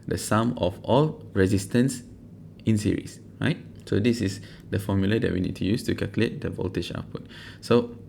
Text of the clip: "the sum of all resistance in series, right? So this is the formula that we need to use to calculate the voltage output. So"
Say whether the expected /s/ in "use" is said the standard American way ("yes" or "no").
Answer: yes